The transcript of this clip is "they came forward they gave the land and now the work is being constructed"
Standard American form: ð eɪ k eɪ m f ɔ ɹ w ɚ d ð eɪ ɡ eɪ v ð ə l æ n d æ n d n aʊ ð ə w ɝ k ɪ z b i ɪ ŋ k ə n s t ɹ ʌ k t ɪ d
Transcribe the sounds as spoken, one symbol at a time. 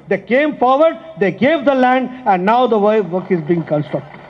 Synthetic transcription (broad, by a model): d eɪ k eɪ m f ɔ ɹ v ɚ d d eɪ ɡ eɪ v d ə l æ n d æ n d n aʊ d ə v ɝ k ɪ z b i ɪ ŋ k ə n s t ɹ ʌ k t